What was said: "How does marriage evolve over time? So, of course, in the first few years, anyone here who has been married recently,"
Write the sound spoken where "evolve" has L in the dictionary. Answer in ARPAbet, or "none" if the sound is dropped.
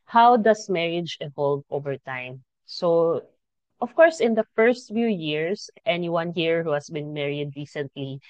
L